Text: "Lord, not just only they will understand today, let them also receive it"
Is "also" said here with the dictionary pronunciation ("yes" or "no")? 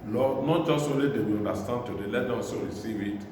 no